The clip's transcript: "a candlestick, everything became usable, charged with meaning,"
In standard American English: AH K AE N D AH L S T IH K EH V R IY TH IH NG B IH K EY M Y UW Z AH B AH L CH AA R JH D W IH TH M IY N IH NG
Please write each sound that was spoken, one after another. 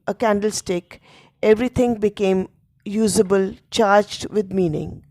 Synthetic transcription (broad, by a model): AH K AE N D AH L S T IH K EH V R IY T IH NG B IH K EY M Y UW Z AH B AH L CH AA R JH D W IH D M IY N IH NG